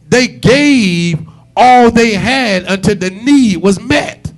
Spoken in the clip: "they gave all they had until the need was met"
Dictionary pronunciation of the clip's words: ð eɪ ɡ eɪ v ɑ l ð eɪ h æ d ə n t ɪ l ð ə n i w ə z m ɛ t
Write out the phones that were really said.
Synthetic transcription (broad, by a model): ð eɪ ɡ eɪ v ɑ l ð eɪ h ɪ d ə n t ɪ l ð ə n i w ə z m ɛ t